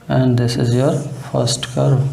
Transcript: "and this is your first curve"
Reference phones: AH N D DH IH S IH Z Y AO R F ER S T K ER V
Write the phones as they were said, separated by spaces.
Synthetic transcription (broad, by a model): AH N D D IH S IH Z Y AO R F ER S T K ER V